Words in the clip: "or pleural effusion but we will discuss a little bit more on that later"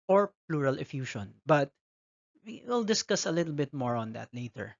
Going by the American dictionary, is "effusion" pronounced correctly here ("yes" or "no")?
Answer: no